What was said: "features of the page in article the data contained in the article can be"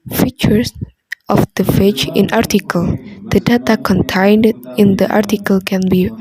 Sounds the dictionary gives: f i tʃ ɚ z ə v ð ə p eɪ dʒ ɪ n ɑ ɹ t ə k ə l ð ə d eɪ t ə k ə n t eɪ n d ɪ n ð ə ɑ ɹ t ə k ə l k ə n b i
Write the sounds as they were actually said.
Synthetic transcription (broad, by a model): f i tʃ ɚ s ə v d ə f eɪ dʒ ɪ n ɑ ɹ t ə k ə l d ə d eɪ t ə k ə n t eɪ n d ɪ n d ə ɑ ɹ t ə k ə l k ə n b i